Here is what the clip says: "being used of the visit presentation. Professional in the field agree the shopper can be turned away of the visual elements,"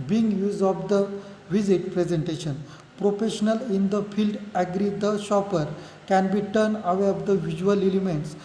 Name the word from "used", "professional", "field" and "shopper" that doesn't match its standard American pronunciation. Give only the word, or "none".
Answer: none